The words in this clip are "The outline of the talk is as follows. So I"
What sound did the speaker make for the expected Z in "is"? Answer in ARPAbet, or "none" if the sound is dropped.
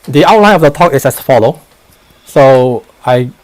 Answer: S